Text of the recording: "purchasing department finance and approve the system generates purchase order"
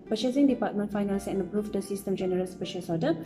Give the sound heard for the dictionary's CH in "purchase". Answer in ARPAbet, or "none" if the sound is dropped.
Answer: SH